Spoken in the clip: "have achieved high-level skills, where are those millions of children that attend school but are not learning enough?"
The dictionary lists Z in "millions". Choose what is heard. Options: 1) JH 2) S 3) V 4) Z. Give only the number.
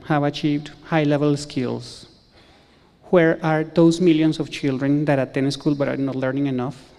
2